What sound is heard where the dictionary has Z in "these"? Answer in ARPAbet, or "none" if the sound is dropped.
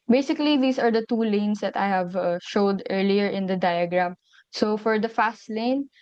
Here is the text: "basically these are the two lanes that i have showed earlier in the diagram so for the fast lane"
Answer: S